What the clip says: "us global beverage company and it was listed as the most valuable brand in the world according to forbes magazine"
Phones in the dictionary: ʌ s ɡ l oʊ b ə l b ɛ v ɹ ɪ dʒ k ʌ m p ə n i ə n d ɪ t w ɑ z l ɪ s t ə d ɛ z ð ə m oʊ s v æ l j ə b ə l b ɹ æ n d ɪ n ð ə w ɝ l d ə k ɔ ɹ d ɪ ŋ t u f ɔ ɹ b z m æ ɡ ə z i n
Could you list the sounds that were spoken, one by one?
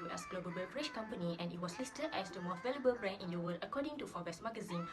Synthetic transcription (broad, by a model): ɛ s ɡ l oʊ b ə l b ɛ p ɹ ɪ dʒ k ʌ m p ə n i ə n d ɪ t w ɑ s l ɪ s t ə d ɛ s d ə m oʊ v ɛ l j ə b ə l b ɹ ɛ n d ɪ n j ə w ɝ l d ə k ɔ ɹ d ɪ ŋ t u f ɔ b s m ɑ ɡ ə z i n